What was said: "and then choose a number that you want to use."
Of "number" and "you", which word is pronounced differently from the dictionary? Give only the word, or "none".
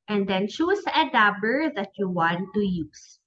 number